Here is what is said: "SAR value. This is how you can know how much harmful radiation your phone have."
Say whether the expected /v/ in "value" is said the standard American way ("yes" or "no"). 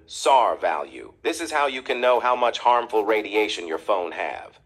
yes